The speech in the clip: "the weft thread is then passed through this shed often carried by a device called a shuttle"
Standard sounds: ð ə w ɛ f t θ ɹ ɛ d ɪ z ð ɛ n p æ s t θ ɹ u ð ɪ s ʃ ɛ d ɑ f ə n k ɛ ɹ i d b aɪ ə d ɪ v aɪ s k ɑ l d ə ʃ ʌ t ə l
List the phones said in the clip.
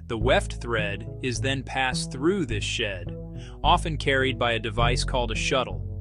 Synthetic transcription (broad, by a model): ð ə w ɛ f t θ ɹ ɛ d ɪ z ð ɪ n p æ s θ ɹ u ð ɪ s ʃ ɛ d ɑ f ə n k ɛ ɹ i d b aɪ ə d ɪ v aɪ s k ɑ l d ə ʃ ʌ t l